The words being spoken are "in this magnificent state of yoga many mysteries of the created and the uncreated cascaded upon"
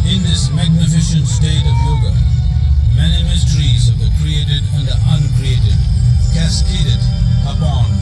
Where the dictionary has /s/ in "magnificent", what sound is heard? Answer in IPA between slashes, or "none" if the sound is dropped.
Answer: /ʃ/